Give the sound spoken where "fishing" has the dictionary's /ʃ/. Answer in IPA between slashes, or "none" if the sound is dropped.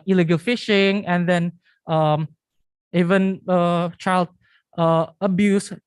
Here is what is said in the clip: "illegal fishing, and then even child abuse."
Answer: /ʃ/